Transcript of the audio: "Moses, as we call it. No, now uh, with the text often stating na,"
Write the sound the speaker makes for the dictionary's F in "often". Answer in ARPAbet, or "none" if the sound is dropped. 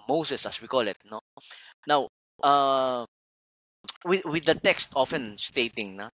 F